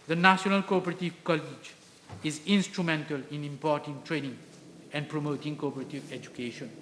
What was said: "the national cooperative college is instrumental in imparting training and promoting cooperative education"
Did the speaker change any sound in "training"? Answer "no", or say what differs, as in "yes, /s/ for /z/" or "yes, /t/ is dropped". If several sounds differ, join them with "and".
no